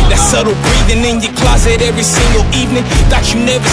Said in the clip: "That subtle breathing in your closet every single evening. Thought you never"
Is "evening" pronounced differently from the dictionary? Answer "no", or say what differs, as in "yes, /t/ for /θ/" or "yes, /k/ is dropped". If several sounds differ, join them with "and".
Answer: no